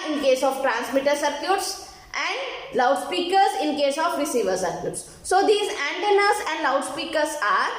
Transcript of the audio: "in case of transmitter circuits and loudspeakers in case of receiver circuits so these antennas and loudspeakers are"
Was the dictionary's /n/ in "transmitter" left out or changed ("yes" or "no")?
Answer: no